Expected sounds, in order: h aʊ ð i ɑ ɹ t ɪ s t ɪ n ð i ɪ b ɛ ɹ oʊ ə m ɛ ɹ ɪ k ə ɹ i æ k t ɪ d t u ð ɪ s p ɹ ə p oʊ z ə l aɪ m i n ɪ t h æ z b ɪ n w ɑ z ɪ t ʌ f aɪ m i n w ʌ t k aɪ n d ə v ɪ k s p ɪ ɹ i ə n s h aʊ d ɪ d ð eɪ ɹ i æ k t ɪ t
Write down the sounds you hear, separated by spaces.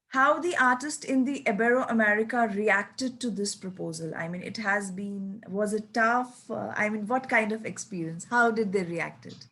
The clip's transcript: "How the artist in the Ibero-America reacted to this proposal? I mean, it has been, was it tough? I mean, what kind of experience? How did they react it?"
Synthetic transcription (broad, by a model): h aʊ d i ɑ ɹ t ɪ s t ɪ n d i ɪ b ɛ ɹ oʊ ə m ɛ ɹ ɪ k ə ɹ i æ k t ɪ d t u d ɪ s p ɹ ə p oʊ z ə l aɪ m i n ɪ t h æ z b ɪ n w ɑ z ɪ t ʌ f aɪ m i n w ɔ t k aɪ n d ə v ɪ k s p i ɹ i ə n s h aʊ d ɪ d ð eɪ ɹ i æ k t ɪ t